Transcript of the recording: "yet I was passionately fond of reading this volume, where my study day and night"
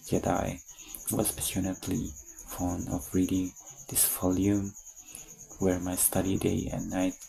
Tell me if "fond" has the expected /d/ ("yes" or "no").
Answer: no